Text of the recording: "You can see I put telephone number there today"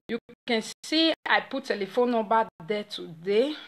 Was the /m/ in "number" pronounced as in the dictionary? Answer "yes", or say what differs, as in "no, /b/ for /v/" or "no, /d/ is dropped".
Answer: no, /m/ is dropped